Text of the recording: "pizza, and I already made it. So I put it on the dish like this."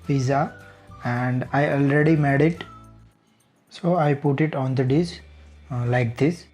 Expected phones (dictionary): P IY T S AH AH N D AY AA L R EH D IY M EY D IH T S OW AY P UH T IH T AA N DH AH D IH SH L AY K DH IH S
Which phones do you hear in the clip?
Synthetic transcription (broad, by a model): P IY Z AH AH N D AY AA L R EH D IY M EY D IH T S OW AY P UH T IH T AA N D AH D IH S L AY K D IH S